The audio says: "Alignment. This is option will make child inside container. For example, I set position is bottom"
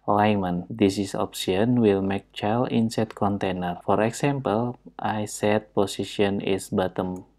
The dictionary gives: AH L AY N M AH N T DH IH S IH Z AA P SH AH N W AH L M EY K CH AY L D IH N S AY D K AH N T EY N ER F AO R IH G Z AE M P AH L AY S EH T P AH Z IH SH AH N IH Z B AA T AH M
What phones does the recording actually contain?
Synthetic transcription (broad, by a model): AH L AY M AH N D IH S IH S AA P S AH N W AH L M EY K CH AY L IH N S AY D K AH N T EY N ER F AO R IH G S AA M P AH L AY S EH T P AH S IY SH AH N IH S B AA T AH M